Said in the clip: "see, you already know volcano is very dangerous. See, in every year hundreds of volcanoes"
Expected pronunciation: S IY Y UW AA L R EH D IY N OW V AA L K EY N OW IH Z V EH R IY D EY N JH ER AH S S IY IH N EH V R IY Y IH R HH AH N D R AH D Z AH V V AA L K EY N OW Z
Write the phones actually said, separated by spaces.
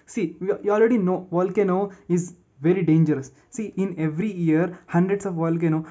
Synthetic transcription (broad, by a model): S IY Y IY AA L R EH D IY N OW V AA L K EY N OW IH Z V EH R IY D EY N JH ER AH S S IY IH N EH V R IY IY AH R HH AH N D R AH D S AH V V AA L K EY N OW